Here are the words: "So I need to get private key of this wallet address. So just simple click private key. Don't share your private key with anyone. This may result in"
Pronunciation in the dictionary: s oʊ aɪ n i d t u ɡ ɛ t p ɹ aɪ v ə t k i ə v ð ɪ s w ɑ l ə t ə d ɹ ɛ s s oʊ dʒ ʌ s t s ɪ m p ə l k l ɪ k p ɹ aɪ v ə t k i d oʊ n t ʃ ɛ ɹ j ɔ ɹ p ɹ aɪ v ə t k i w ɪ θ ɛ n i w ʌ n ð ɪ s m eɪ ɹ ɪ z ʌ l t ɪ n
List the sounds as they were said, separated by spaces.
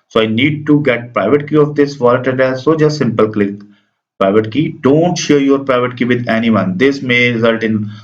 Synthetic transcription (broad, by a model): s oʊ aɪ n i d t u ɡ ɛ t p ɹ aɪ v ə t k i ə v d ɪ s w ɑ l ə t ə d ɛ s s oʊ dʒ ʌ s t s ɪ m p ə l k l ɪ k p ɹ aɪ v ə t k i d oʊ n t ʃ ɛ ɹ j ɔ ɹ p ɹ aɪ v ə t k i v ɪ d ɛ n i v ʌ n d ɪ s m eɪ ɹ ɪ z ʌ l t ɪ n